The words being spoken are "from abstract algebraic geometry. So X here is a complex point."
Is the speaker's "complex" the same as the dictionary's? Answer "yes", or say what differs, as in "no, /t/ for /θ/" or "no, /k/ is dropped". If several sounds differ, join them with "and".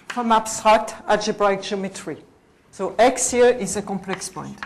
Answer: yes